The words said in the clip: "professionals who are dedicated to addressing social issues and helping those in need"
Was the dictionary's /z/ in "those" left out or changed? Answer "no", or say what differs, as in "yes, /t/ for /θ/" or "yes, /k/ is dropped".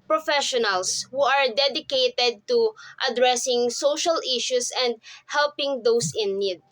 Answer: yes, /s/ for /z/